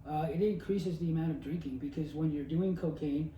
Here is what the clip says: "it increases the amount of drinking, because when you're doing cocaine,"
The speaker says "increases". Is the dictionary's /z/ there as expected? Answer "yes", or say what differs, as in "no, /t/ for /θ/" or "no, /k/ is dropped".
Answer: yes